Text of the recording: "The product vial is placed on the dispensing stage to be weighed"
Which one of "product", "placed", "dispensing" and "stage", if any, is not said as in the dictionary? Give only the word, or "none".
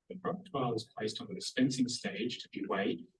product